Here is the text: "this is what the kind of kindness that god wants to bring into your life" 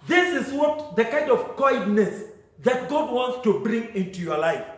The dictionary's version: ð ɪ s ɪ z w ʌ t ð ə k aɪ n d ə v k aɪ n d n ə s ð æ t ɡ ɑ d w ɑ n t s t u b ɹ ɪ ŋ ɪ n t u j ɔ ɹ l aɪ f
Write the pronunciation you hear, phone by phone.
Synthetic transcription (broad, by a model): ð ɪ s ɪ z w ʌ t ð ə k aɪ n d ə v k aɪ d n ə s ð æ t ɡ ɑ d w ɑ n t s t u b ɹ ɪ ŋ ɪ n t u j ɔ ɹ l aɪ f